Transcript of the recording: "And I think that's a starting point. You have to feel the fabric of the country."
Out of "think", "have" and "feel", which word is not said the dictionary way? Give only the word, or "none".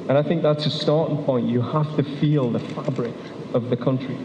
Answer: have